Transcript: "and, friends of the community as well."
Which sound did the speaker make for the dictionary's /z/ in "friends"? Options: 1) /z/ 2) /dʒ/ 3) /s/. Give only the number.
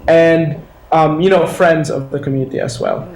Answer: 1